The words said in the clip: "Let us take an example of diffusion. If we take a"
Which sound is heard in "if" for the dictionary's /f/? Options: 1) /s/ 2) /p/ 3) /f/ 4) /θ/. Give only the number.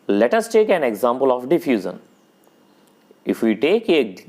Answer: 3